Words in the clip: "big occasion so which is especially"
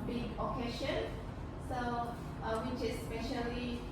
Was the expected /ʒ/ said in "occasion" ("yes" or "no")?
no